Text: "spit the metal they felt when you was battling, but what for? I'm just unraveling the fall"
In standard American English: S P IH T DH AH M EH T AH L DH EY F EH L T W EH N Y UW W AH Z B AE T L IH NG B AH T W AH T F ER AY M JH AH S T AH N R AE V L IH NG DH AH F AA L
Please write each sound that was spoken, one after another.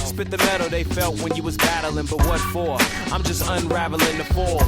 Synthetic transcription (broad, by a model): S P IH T DH AH M EH T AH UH DH EY F EH L T W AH N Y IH W AH Z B AE T L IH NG B AH T W AH T F ER AY M JH AH S T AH N R AE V L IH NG DH AH F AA